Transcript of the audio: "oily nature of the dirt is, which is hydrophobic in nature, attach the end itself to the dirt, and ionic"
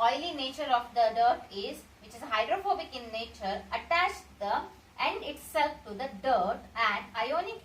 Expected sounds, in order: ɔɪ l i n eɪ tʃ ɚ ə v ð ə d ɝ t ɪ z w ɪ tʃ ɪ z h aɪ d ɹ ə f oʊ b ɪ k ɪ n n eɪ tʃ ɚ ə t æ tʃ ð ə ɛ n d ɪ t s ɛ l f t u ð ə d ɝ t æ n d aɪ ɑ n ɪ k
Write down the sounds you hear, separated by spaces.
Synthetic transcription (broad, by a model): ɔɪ l i n eɪ tʃ ɚ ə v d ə d ɝ t ɪ z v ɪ tʃ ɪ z h aɪ d ɹ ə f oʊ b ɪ k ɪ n n eɪ tʃ ɚ ə t æ tʃ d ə ɛ n d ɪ t s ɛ l p t u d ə d ɝ t æ n d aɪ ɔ n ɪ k